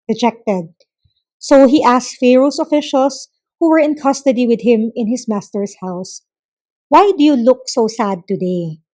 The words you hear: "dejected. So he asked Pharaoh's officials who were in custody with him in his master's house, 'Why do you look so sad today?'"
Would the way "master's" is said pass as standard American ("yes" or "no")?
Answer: no